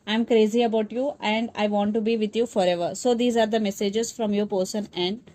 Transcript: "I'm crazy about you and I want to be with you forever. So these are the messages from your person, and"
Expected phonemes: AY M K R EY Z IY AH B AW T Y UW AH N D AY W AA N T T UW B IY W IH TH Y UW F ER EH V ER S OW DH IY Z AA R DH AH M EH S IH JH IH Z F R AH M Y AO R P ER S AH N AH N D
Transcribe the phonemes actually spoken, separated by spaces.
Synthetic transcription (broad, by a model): AY M K R EY Z IY AH B AW T Y UW AH N D AY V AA N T T UW B IY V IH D Y UW F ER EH V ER S OW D IY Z AA R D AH M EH S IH JH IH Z F R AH M Y AO R P ER S AH N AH N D